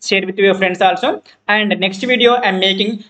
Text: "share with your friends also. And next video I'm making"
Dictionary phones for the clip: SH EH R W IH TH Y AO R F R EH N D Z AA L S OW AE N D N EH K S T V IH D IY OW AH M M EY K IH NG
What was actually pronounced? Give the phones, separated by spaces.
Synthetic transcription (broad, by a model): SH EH R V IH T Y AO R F R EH N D S AA L S OW AE N D N EH K S T V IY D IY OW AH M M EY K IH NG